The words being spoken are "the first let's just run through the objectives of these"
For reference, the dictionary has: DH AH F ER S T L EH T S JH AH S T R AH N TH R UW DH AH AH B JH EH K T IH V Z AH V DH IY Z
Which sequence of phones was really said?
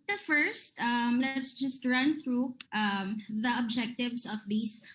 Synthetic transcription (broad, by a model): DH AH F ER S T L EH T S JH AH S T R AH N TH R UW DH AH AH B JH EH K T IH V S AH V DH IY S